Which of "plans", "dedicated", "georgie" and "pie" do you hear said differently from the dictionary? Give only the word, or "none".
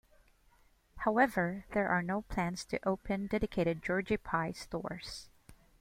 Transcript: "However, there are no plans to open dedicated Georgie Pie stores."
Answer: none